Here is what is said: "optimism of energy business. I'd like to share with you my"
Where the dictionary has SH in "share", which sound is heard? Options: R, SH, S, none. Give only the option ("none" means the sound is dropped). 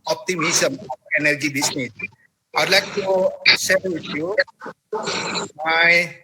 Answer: S